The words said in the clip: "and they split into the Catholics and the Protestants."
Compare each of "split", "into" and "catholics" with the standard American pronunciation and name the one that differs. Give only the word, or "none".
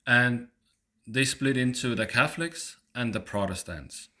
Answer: none